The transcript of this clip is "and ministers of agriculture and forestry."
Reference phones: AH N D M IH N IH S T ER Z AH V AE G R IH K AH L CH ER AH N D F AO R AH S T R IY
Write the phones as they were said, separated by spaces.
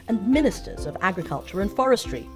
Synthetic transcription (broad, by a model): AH N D M IH N IH S T ER Z AH V AE G R IH K AH L CH ER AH N F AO R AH S T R IY